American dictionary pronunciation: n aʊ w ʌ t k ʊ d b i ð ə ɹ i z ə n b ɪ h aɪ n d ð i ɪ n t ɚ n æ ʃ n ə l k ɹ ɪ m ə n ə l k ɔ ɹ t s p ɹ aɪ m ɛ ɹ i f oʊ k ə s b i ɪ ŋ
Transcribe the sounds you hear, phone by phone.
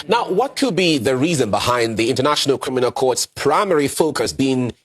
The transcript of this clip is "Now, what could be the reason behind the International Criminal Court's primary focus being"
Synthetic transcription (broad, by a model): n aʊ w ʌ t k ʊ d b i ð ə ɹ i z ə n b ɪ h aɪ n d ð i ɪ n t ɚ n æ ʃ n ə l k ɹ ɪ m ə n ə l k ɔ ɹ t s p ɹ aɪ m ɛ ɹ i f oʊ k ə s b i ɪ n